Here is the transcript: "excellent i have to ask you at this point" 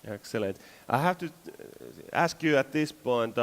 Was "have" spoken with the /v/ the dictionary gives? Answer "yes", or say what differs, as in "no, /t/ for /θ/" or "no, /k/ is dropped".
no, /f/ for /v/